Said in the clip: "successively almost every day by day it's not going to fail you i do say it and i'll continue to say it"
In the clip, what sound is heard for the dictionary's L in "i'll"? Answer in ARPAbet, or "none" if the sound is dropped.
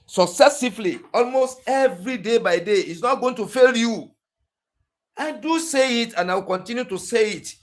W